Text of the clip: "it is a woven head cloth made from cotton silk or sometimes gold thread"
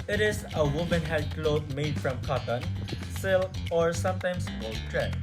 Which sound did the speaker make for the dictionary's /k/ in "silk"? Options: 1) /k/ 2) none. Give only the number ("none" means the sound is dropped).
2